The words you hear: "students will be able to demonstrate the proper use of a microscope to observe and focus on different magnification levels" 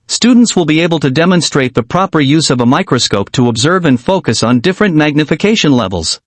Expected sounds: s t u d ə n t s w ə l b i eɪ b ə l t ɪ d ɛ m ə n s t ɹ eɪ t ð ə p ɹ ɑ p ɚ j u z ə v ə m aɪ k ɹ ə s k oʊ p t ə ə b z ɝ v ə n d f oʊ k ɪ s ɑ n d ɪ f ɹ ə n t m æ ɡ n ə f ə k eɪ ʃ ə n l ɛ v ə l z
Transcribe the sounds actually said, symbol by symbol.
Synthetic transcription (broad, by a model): s t u d n t s w ə l b i eɪ b ə l t ɪ d ɛ m ə n s t ɹ eɪ t ð ə p ɹ ɑ p ɚ j u z ə v ə m aɪ k ɹ ə s k oʊ p t ə ə b z ɝ v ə n f oʊ k ɪ s n d ɪ f ɹ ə n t m æ ɡ n ə f ə k eɪ ʃ ə n l ɛ v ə l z